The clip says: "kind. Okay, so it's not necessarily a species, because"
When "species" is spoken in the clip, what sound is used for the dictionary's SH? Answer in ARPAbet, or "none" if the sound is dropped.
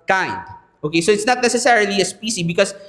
S